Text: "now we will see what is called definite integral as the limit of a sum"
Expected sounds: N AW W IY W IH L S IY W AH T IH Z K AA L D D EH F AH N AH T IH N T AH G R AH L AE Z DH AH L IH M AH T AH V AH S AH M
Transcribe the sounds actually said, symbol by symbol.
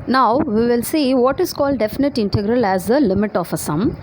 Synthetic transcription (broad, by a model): N AW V IY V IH L S IY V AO T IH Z K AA L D D EH F AH N AH T IH N T AH G R AH L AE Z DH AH L IH M AH T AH F AH S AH M